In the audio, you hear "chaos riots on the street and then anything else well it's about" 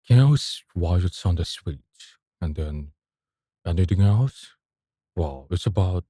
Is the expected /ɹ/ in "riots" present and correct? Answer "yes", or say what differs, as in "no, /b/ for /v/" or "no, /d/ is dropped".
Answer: no, /w/ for /ɹ/